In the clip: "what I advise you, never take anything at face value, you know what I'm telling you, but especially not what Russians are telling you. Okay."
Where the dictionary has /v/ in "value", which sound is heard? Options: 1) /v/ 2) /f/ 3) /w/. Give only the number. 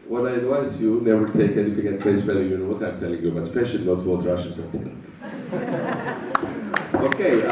2